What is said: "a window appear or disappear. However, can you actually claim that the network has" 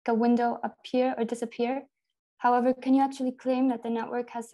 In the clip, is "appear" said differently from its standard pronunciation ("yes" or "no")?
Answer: no